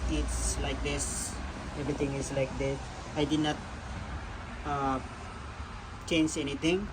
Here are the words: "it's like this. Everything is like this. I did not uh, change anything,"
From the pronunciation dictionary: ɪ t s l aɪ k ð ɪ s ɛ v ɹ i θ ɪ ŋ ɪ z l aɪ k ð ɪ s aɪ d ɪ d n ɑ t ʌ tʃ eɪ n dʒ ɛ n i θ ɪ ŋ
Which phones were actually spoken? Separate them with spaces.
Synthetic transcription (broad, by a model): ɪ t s l aɪ k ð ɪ s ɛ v ɹ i t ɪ ŋ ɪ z l aɪ k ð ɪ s aɪ d ɪ d n ɑ t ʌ tʃ eɪ n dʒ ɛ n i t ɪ ŋ